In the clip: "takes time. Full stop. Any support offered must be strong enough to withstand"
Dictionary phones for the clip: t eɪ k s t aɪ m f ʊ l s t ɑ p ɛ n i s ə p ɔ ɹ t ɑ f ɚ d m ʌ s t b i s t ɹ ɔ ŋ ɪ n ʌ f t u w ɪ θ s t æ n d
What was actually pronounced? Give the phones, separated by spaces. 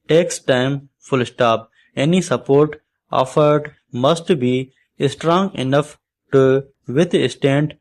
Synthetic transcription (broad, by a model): t eɪ k s t aɪ m f ʊ l s t ɑ p ɛ n i s ə p ɔ ɹ t ɑ f ɚ d m ʌ s t b i s t ɹ ɔ ŋ ɪ n ʌ f t u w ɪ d s t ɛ n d